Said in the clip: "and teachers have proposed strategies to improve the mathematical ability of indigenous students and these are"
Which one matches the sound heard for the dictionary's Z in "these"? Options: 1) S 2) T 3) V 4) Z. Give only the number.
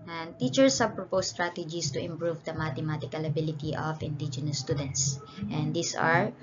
1